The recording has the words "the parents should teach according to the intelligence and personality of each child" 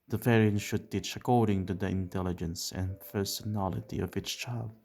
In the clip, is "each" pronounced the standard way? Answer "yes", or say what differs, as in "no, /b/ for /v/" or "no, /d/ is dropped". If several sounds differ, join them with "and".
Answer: no, /s/ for /tʃ/